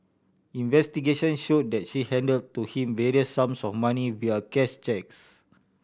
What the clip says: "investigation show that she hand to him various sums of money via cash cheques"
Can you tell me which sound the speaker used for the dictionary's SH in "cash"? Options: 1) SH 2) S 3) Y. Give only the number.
2